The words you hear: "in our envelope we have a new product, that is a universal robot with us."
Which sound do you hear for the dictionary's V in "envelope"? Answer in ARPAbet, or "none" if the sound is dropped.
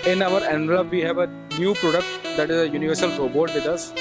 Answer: none